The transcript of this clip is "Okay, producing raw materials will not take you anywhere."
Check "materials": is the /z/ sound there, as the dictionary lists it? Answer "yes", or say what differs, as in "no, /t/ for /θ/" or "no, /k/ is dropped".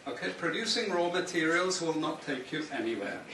yes